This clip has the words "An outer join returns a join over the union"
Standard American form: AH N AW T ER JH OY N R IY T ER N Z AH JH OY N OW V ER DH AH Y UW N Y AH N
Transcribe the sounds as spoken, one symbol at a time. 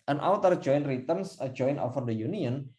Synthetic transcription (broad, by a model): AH N AW T ER JH OY N R IY T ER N S AH JH OY N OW F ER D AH Y UW N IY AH N